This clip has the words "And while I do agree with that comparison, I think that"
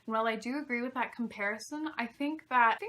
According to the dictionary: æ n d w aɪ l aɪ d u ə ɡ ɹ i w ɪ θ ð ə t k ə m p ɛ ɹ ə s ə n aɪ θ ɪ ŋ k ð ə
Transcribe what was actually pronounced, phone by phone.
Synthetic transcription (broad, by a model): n w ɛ l aɪ d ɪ ə ɡ ɹ i w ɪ ð ə t k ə m p ɛ ɹ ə s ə n aɪ θ ɪ ŋ k ð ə